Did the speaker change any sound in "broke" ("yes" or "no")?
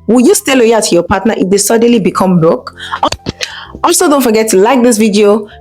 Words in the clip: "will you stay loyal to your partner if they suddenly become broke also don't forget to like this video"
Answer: yes